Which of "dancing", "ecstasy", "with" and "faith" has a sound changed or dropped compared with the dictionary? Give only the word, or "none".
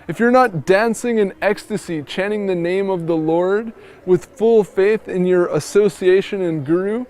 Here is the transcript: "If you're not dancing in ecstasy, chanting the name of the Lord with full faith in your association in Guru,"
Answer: none